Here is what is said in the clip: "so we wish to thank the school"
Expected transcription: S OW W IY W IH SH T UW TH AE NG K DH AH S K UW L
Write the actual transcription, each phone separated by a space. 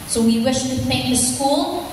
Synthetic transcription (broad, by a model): S OW W IY W IH SH T UW T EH K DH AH S K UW L